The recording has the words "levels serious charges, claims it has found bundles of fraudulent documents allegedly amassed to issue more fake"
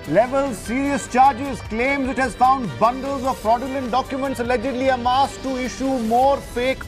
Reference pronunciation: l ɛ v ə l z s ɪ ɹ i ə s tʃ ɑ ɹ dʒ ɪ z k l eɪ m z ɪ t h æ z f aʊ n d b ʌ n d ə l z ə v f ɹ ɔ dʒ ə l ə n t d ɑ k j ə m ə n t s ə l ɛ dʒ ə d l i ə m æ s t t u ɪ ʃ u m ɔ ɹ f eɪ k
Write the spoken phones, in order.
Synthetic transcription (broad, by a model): l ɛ v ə l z s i ɹ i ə s tʃ ɑ ɹ dʒ ɪ z k l eɪ m z ɪ t h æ z f aʊ n d b ʌ n d ə l z ə v p ɹ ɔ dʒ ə l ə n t d ɑ k j ə m ə n t s ə l ɛ dʒ ə d l i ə m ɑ s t t u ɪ ʃ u m ɔ ɹ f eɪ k